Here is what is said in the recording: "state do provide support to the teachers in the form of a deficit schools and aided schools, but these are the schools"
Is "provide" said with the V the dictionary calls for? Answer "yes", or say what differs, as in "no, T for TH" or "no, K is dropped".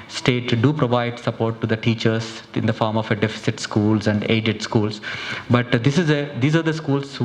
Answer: yes